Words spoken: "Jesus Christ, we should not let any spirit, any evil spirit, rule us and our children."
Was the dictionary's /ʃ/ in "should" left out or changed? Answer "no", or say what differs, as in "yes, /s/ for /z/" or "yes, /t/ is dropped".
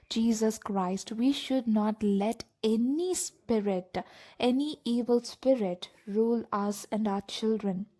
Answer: no